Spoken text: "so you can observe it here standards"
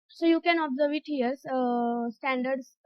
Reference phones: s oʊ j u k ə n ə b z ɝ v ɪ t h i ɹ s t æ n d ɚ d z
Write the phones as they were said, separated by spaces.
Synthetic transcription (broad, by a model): s oʊ j u k ə n ə b z ɝ v ɪ t h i ɹ s t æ n d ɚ d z